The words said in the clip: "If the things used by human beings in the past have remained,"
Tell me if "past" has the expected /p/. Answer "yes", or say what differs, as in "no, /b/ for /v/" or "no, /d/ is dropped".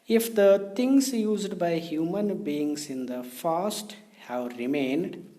no, /f/ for /p/